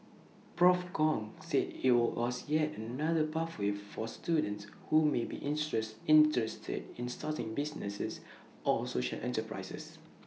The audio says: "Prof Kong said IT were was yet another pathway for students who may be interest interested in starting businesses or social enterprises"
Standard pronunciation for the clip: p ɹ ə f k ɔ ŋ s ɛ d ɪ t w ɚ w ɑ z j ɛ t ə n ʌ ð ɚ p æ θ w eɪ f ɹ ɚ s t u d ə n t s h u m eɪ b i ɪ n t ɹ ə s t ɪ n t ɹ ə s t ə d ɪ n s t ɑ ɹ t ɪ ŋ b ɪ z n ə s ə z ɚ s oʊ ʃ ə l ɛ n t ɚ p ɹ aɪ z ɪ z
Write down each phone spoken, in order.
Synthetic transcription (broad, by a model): p ɹ ə f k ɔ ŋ s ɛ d ɪ t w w ɑ s j ɛ t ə n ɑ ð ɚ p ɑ f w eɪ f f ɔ s t u d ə n t s h u m eɪ b i t ə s ɪ n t ɹ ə s t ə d ɪ n s t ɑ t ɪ ŋ b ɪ s n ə s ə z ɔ s oʊ ʃ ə l ɛ n t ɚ p ɹ aɪ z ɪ s